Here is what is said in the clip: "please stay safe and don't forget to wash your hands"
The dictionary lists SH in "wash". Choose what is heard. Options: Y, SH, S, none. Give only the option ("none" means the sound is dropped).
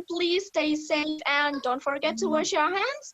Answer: SH